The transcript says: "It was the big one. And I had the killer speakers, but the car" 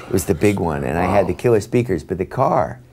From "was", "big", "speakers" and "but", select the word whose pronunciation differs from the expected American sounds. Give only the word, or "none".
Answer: none